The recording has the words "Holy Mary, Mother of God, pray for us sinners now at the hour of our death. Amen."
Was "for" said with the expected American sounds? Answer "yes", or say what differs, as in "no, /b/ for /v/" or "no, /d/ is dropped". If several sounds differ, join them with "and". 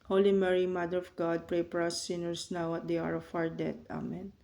no, /p/ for /f/